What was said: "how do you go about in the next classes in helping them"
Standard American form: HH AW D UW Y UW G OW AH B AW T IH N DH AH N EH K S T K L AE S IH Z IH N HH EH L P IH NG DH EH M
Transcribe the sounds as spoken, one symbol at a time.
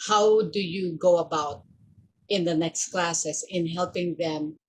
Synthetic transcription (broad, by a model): HH AW D UW Y UW G OW AH B AW T IH N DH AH N EH K S T K L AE S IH S IH N HH EH L P IH NG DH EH M